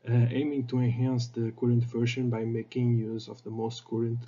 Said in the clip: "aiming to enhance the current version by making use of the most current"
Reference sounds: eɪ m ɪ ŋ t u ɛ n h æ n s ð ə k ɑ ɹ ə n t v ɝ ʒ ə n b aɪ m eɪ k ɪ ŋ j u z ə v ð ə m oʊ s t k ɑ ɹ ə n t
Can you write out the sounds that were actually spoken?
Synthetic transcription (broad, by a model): eɪ m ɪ ŋ t u ɛ n h æ n s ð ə k ɑ ɹ ə n t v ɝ ʃ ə n b aɪ m eɪ k ɪ ŋ j u z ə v ð ə m oʊ s t k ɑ ɹ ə n t